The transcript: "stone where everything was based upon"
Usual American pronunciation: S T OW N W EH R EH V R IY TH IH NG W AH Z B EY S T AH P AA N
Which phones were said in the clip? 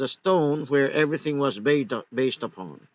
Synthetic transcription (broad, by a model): S T OW N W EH R EH V R IY TH IH NG W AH Z B EY S T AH P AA N